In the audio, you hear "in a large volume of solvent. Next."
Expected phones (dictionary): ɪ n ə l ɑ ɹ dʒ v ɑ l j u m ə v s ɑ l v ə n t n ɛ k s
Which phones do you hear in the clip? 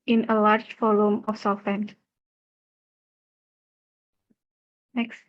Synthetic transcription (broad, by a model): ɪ n ə l ɑ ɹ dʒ f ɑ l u m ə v s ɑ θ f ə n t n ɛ k s